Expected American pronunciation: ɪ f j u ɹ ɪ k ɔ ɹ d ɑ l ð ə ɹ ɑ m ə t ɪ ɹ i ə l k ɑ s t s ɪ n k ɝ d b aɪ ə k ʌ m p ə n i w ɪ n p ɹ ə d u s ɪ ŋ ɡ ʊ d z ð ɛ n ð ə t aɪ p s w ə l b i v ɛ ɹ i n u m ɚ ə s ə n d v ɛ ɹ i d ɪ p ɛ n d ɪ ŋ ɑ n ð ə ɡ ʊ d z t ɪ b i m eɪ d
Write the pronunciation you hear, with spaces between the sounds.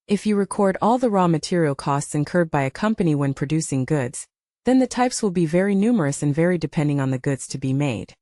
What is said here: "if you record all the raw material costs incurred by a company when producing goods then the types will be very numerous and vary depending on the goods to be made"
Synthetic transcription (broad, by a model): ɪ f j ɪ ɹ ɪ k ɔ ɹ d ɑ l ð ə ɹ ɑ m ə t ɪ ɹ i l k ɑ s t s ɪ n k ɝ d b aɪ ə k ʌ m p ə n i w ɪ n p ɹ ə d u s ɪ ŋ ɡ ʊ d z ð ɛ n ð ə t aɪ p s w ə l b i v ɛ ɹ i n u m ɚ ə s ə n v ɛ ɹ i d ɪ p ɛ n d ɪ ŋ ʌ n ð ə ɡ ʊ d z t ɪ b i m eɪ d